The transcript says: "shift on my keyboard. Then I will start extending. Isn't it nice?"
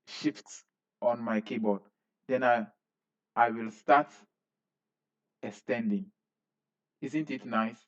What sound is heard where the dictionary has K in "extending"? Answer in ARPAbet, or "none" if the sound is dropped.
none